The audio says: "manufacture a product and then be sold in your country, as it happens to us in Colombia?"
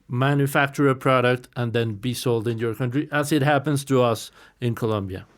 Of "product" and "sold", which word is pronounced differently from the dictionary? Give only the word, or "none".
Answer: none